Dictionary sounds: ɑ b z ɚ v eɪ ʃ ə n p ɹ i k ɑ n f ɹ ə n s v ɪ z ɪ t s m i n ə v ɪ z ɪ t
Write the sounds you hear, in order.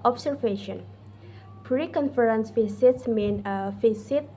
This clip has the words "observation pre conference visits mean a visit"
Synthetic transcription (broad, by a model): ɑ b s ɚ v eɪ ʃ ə n p ɹ i k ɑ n f ɹ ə n s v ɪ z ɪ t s m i n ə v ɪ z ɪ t